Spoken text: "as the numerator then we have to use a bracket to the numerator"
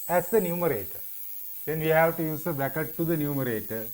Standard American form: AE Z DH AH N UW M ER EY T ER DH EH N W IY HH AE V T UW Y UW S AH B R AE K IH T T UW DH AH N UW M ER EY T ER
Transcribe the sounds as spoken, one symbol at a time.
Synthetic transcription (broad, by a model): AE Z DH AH N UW M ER EY T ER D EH N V IY HH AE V T UW Y UW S AH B AE K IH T T UW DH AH N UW M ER EY T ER